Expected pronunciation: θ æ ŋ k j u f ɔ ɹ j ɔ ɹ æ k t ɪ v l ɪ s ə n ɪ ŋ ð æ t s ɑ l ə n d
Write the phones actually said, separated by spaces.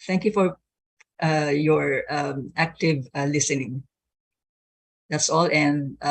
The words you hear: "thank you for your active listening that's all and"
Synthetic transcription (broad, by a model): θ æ ŋ k j u f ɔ ɹ j ɔ ɹ æ k t ɪ v l ɪ s ə n ɪ ŋ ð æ t s ɑ l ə n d